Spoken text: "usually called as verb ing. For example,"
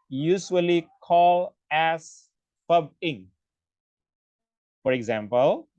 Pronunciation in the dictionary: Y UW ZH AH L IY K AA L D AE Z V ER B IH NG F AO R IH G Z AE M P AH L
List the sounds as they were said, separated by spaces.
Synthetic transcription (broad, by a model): Y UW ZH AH L IY K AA L AE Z F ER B IH NG F AO R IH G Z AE M P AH L